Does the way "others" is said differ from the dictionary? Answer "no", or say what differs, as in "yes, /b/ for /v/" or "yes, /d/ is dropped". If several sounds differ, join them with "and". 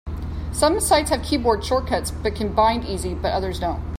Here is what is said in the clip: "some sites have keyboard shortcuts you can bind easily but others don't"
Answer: no